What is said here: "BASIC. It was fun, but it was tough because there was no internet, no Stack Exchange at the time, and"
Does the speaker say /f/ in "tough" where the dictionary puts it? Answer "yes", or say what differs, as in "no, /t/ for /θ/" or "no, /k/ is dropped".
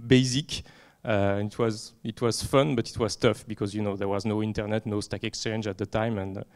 yes